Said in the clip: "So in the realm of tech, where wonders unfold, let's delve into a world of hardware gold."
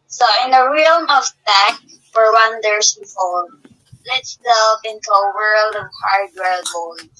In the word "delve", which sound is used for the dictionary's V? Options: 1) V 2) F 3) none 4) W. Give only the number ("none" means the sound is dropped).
2